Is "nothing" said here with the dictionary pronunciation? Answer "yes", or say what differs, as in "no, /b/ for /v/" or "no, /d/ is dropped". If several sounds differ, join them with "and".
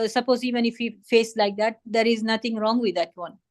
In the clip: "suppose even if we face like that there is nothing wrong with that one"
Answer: no, /t/ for /θ/